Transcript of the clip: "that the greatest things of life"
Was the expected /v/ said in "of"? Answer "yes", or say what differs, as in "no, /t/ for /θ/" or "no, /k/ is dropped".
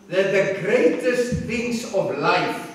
yes